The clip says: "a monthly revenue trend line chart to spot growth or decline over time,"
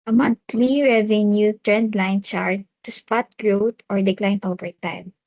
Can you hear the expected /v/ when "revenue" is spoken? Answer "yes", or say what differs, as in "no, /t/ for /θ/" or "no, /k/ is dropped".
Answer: yes